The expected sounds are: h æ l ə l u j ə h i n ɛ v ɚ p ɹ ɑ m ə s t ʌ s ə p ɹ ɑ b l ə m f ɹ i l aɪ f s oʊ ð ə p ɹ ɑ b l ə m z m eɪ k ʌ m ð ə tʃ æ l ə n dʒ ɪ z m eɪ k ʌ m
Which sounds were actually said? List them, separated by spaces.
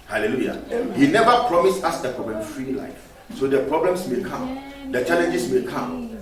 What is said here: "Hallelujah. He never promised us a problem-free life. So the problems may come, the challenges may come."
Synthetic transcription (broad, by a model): h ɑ l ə l u j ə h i n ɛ v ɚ p ɹ ɑ m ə s ɑ s ə p ɹ ɑ b l ə m f ɹ i l aɪ f s oʊ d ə p ɹ ɑ b l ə m s m eɪ k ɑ m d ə tʃ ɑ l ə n dʒ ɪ s m eɪ k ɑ m